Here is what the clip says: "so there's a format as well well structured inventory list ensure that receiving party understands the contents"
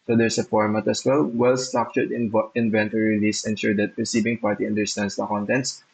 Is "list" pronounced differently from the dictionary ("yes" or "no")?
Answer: yes